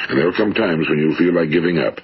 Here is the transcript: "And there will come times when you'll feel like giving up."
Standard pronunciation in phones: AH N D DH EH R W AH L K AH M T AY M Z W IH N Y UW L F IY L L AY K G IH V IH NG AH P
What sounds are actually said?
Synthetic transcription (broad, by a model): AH N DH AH R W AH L K AH M T AY M Z W IH N Y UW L F IY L L AY K G IH V IH NG AH P